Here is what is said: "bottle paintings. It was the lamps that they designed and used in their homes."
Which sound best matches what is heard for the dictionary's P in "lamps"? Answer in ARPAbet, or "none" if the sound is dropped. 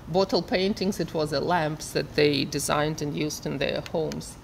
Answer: P